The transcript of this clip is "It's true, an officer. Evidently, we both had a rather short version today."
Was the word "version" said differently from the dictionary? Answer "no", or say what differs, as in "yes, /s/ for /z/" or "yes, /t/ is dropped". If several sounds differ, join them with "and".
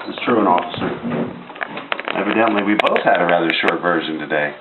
no